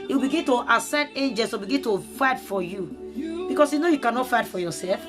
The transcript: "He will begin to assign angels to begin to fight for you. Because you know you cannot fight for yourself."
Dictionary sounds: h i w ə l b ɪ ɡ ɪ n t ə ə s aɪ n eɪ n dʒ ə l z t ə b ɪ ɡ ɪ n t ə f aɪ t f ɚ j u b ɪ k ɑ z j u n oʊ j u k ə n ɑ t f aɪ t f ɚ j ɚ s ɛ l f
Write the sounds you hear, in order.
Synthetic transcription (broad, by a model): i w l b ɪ ɡ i n t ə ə s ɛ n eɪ n dʒ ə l s t ə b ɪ ɡ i n t ə f aɪ t f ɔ j u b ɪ k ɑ s j u n oʊ j u k ə n ɑ t f aɪ t f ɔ j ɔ s ɛ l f